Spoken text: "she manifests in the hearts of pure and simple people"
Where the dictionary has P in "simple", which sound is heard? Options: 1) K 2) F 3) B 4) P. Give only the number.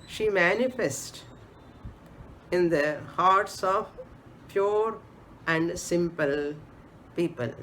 4